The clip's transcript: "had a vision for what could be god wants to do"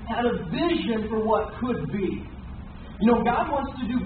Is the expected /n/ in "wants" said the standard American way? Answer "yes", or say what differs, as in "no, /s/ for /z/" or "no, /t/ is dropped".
yes